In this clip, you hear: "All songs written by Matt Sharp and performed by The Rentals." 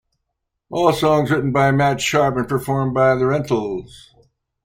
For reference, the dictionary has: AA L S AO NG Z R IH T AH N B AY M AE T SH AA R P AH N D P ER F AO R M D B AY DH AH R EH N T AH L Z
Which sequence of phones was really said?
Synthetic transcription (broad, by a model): AA L S AO NG Z R IH T N B AY M AE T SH AA R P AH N P ER F AO R M B AY DH AH R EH N T L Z